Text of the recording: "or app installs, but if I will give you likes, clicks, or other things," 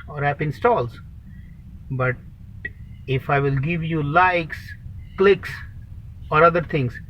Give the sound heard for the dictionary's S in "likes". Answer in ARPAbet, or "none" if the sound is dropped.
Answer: S